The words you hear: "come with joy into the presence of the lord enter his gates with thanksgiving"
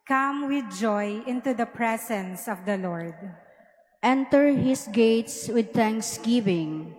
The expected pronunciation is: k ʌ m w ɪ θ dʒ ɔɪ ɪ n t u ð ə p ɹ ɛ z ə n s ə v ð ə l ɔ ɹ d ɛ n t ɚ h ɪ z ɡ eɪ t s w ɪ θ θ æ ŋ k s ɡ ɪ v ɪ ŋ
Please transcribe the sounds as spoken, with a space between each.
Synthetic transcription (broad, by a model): k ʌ m w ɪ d dʒ ɔɪ ɪ n t u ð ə p ɹ ɛ s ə n s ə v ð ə l ɔ ɹ d ɛ n t ɚ h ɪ s ɡ eɪ t s w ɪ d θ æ ŋ k s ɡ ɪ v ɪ ŋ